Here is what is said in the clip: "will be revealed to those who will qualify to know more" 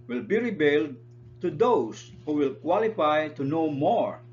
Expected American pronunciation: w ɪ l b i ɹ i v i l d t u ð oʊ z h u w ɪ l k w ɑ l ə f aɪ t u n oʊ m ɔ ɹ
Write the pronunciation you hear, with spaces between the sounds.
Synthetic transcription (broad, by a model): w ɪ l b i ɹ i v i l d t u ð oʊ s h u w ɪ l k w ɑ l ə f aɪ t u n oʊ m ɔ ɹ